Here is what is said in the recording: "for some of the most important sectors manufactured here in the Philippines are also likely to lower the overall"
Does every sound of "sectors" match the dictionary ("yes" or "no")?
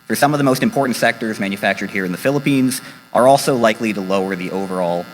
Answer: yes